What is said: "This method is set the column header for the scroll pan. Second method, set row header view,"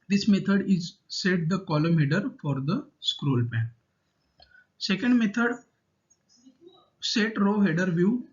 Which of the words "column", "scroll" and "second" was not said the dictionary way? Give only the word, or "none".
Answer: none